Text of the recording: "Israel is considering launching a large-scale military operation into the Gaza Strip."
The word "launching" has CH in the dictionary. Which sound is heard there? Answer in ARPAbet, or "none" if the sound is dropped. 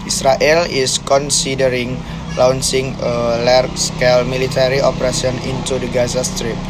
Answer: S